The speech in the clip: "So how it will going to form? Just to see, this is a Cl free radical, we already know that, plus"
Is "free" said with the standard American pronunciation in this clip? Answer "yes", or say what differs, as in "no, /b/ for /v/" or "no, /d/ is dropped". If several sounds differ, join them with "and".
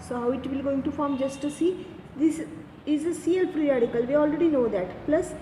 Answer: no, /p/ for /f/